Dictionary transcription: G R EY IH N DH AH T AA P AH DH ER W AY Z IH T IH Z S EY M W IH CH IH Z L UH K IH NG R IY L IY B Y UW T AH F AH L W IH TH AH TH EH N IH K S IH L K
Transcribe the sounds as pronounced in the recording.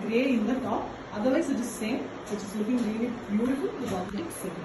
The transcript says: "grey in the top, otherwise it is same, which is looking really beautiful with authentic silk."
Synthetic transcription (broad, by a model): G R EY IH N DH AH T AA P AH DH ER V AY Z IH T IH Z S EY M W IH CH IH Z L UH K IH NG L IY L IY B Y UW T AH F AH L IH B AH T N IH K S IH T